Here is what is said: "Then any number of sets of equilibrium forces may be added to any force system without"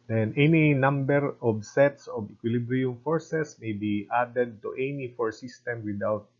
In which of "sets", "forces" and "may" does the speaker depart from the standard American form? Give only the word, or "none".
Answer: forces